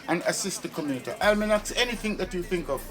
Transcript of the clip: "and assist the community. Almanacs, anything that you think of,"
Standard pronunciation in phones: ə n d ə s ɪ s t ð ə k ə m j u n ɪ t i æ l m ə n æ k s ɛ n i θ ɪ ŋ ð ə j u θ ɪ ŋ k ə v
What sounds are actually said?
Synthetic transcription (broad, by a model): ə n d ə s ɪ s t ð ə k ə m j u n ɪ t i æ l m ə n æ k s ɛ n i θ ɪ ŋ ð ə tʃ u θ ɪ ŋ k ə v